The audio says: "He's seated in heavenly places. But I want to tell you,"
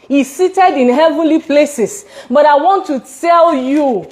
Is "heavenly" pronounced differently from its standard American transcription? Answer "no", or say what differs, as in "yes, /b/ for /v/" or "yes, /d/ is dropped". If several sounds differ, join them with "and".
no